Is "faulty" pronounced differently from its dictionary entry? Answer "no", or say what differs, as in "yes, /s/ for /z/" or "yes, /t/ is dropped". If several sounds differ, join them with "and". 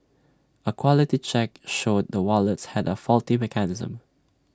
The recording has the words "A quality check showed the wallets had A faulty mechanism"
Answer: no